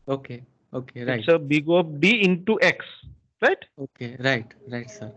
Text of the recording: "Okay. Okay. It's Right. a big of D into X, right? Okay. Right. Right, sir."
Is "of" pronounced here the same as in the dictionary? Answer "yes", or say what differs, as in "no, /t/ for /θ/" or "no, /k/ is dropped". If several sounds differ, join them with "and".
no, /p/ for /v/